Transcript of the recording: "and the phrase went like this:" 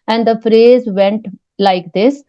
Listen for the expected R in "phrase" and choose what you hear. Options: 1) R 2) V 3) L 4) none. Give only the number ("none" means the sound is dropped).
1